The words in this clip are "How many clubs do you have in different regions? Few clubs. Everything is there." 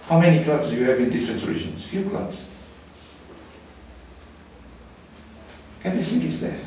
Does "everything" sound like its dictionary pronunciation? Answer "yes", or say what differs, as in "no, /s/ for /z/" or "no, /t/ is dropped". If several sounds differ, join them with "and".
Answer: no, /s/ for /θ/